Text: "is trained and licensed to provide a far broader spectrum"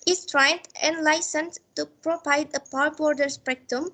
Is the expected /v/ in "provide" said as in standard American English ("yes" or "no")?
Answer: no